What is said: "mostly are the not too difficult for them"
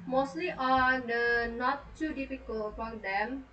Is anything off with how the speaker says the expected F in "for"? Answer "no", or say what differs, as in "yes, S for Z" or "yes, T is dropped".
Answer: yes, P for F